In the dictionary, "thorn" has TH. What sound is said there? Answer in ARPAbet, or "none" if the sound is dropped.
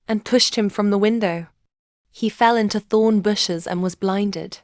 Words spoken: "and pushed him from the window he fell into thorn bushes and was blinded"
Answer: TH